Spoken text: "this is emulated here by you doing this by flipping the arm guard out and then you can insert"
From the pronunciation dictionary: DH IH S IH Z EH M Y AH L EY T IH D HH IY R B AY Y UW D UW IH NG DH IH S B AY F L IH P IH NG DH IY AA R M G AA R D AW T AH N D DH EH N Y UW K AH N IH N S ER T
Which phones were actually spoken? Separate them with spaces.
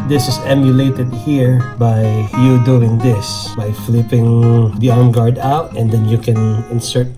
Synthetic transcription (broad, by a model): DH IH S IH S EH M Y AH L EY T IH D HH IY R B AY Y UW D UW IH NG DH IH S B AY F L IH P IH NG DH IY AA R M G AA R D AW T AH N D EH N Y UW K AH N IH N S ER T